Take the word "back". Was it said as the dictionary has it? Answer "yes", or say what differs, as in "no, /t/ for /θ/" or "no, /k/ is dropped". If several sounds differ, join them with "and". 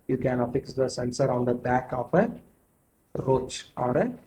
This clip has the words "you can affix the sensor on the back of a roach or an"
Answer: yes